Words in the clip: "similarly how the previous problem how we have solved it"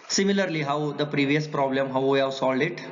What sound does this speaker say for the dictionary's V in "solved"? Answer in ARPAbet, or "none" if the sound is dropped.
none